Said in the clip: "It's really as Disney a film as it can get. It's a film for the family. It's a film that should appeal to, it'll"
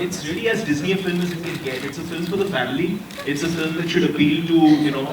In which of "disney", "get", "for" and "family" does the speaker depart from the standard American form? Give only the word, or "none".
none